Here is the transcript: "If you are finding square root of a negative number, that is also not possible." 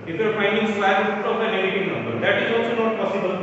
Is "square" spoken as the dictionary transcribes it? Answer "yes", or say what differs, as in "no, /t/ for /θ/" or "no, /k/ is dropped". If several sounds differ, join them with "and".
no, /k/ is dropped